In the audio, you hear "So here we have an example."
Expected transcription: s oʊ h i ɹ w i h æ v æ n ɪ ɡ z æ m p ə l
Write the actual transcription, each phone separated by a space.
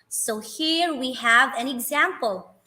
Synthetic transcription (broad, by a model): s oʊ h i ɹ w i h æ v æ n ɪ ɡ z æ m p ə l